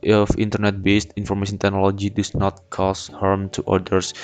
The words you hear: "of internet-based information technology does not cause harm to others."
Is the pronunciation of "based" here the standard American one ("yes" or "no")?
yes